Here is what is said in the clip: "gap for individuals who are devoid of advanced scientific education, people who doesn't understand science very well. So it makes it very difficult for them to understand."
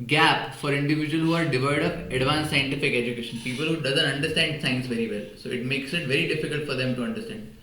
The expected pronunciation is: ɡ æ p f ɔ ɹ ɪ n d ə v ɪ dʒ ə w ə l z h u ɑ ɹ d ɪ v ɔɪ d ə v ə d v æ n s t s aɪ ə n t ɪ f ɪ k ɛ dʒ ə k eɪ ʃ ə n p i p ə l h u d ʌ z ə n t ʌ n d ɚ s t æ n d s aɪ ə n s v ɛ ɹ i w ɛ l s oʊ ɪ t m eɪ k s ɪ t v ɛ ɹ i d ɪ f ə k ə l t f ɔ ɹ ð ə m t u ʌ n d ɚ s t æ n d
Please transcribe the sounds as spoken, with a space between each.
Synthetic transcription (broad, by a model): ɡ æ p f ɔ ɹ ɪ n d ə v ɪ dʒ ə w ə l h u ɑ ɹ d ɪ v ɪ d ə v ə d v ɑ n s s aɪ ə n t ɪ f ɪ k ɛ dʒ ə k eɪ ʃ ə n p i p ə l h u d ʌ z ə n t ʌ n d ɚ s t æ n d s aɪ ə n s v ɛ ɹ i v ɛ l s oʊ ɪ t m eɪ k s ɪ t v ɛ ɹ i d ɪ f ə k ə l t f ɔ ɹ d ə m t u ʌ n d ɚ s t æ n d